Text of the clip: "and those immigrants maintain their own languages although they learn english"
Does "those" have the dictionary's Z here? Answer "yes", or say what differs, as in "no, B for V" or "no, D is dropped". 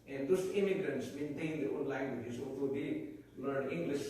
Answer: no, S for Z